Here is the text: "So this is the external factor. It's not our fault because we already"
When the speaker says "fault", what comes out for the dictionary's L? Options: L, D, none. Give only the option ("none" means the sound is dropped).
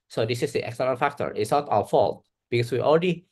L